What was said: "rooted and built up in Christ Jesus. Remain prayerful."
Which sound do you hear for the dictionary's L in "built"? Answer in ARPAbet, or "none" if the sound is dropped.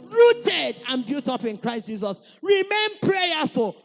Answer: none